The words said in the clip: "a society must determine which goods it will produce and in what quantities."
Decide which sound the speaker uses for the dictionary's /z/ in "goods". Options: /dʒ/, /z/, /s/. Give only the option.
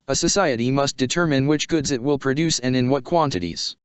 /z/